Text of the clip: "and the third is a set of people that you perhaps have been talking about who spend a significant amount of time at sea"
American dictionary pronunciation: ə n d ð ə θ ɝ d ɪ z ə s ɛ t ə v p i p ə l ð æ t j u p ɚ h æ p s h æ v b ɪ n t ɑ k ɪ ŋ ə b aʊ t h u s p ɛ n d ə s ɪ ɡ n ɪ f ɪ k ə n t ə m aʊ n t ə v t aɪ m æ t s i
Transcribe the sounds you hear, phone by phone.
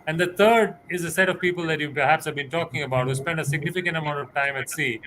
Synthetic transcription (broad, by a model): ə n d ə t ɝ d ɪ z ə s ɛ t ə v p i p ə l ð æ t j u p ɚ h æ p s h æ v b ɪ n t ɑ k ɪ ŋ ə b aʊ t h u s p ɛ n d ə s ɪ ɡ n ɪ f ɪ k ə n t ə m aʊ n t ə v t aɪ m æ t s i